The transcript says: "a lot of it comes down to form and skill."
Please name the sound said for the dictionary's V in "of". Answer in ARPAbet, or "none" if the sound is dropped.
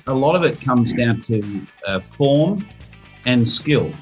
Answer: V